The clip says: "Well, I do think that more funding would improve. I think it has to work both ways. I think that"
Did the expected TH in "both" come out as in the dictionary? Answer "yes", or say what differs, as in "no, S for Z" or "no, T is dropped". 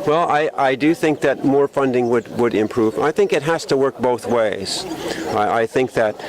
yes